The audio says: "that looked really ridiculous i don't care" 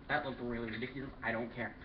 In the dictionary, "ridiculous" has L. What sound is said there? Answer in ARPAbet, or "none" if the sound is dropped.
none